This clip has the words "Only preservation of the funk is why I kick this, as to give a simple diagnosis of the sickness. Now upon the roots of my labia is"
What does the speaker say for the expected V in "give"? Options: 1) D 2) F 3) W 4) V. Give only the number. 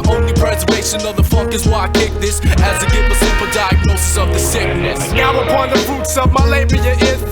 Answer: 3